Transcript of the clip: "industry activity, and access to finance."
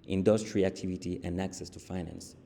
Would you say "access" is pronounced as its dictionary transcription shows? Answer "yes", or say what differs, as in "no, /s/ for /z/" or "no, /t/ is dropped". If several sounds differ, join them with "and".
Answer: yes